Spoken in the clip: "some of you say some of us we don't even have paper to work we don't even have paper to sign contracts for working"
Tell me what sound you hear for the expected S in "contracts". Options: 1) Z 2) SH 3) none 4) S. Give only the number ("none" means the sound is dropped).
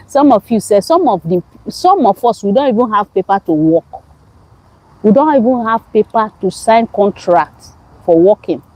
3